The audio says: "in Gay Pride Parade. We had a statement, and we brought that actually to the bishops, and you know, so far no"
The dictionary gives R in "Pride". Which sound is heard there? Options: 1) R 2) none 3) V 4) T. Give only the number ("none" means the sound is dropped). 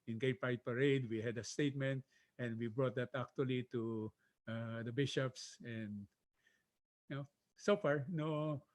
2